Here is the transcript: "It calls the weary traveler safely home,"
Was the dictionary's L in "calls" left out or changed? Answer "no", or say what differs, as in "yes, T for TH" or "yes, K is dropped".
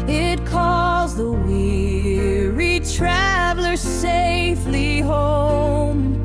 yes, L is dropped